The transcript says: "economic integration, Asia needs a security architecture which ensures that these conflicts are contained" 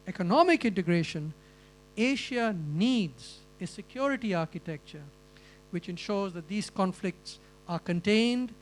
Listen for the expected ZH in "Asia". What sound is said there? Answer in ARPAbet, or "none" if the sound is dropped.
SH